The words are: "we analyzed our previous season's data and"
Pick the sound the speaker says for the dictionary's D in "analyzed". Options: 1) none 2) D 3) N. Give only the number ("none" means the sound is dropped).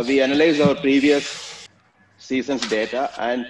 1